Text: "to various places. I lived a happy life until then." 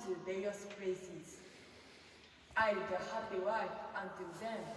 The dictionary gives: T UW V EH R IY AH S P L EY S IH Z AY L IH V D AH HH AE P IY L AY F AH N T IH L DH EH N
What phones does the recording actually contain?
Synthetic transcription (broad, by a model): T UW V EH R IY AH S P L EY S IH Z AY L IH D AH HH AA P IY W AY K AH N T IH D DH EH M